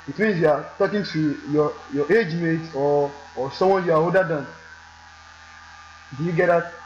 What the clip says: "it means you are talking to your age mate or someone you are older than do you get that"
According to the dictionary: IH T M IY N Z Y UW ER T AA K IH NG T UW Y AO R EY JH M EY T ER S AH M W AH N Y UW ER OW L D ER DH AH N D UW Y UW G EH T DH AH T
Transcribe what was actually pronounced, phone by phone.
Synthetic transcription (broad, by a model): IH T M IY N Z Y UW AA T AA K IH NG T UW Y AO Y EY JH M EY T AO S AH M W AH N Y UW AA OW D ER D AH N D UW Y UW G EH T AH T